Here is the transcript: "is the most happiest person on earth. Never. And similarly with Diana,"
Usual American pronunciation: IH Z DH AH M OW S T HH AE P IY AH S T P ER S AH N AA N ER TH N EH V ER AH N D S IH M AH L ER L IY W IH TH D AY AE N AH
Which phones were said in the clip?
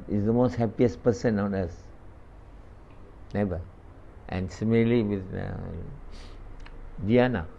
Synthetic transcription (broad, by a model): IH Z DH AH M OW S T HH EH P IY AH S P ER S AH N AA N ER S N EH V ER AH N S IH M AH L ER L IY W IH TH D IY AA N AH